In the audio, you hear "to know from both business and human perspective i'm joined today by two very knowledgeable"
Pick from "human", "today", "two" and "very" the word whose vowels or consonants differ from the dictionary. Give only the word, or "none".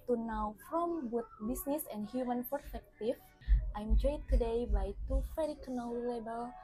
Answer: very